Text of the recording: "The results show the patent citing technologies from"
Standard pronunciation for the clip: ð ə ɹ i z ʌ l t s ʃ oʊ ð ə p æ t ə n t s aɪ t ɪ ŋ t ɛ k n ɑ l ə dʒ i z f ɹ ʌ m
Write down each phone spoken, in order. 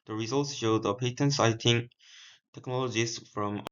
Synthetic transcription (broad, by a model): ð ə ɹ i z ʌ l t s ʃ oʊ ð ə p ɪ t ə n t s aɪ t ɪ ŋ t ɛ k n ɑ l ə dʒ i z f ɹ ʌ m